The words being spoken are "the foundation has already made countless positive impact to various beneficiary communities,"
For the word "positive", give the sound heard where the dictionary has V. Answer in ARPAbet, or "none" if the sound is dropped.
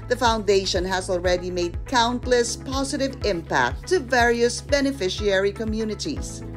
V